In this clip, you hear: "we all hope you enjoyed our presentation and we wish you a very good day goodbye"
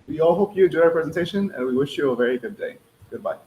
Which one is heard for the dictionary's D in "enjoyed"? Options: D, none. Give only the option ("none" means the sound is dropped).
none